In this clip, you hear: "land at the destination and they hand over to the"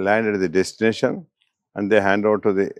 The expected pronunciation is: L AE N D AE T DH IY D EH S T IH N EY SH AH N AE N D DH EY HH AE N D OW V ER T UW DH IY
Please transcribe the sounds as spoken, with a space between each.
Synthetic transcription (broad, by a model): L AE N D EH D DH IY D EH S T IH N EY SH AH N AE N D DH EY HH AE N D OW UH T UW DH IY